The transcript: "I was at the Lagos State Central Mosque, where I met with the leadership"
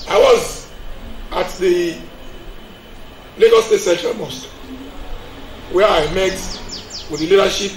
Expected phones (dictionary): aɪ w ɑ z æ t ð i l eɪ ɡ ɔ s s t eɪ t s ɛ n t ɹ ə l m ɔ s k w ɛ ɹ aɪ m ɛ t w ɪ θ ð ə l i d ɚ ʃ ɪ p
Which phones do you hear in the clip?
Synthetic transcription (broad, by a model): aɪ w ɑ z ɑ t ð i l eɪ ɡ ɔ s s t eɪ t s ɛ t ə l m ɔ s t w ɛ aɪ m ɛ t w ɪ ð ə l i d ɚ ʃ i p